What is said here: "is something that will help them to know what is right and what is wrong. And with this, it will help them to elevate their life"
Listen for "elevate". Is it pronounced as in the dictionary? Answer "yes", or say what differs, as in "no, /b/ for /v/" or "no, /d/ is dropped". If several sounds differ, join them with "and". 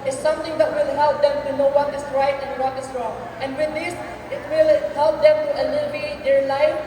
no, /b/ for /v/